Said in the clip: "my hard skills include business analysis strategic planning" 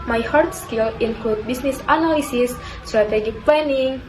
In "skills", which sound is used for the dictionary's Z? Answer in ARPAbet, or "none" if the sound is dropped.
none